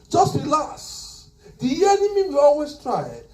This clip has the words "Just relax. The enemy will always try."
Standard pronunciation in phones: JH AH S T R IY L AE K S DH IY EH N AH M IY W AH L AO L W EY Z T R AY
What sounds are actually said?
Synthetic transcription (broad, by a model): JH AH S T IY L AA S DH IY EH N AH M IY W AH AO L W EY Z T R AY